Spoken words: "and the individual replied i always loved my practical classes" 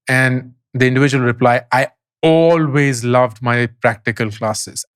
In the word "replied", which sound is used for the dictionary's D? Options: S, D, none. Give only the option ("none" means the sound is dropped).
none